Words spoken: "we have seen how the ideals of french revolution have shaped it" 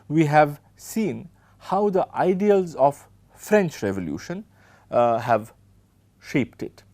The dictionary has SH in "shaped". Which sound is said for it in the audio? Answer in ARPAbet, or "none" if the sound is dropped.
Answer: SH